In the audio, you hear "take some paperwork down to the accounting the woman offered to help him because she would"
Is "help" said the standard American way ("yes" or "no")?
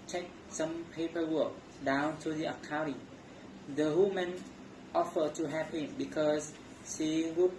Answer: no